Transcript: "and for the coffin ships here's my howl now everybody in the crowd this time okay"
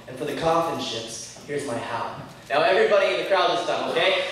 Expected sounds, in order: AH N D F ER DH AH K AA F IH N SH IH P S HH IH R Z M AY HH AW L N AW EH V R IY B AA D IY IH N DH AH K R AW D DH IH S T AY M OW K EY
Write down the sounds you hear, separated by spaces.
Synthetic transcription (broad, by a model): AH N F ER DH AH K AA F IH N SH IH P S HH IH R Z M AY HH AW N AW EH V R IY B AA D IY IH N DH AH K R AW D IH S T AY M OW K EY